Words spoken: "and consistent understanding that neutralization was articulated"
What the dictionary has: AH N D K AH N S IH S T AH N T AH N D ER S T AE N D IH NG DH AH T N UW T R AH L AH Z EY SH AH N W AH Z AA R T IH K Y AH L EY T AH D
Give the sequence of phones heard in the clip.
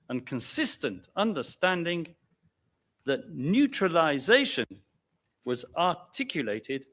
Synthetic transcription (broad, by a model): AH N K AH N S IH S T AH N T AH N D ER S T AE N D IH NG DH AH T N UW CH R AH L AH Z EY SH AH N W AH Z AA R T IH K Y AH L EY T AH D